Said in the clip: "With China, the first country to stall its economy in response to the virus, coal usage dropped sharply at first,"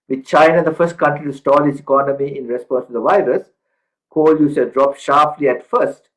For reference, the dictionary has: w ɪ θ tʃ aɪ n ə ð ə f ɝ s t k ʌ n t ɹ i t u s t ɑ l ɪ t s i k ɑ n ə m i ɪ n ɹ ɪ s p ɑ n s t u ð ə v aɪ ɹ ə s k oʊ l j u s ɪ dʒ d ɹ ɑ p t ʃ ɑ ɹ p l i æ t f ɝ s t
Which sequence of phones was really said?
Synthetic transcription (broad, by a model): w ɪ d tʃ aɪ n ə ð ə f ɝ s t k ʌ n t ɹ i t u s t ɑ l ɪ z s i k ɑ n ə m i ɪ n ɹ ɪ s p ɑ n s t u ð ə v aɪ ɹ ə s k oʊ l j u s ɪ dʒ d ɹ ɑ p ʃ ɑ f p l i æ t f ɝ s t